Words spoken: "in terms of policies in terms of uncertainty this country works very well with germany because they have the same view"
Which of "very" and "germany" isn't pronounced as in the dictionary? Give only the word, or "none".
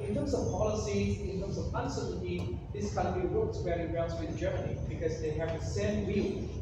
very